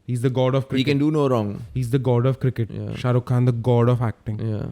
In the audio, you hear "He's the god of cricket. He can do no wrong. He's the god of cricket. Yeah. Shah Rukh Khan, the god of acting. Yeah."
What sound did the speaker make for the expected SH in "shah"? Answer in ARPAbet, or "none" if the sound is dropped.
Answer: SH